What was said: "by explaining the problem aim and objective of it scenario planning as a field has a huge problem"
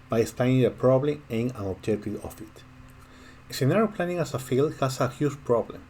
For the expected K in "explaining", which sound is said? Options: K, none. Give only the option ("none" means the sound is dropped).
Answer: none